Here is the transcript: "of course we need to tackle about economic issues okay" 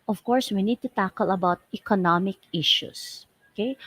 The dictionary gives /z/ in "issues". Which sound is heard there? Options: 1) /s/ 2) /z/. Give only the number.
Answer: 1